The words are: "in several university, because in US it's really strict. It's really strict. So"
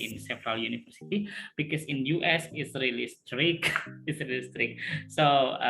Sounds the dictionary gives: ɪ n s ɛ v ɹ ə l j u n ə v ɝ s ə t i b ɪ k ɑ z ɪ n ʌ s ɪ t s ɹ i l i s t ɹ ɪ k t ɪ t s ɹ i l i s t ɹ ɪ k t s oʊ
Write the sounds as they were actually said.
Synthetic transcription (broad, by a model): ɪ n s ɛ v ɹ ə l j u n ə f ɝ s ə t i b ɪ k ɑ s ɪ n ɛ s ɪ t s ɹ i l i s t ɹ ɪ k ɪ t s ɹ i l i s t ɹ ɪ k s oʊ